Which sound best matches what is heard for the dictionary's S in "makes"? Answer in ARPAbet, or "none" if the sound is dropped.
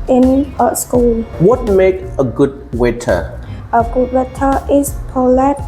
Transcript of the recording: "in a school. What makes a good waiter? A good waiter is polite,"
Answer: none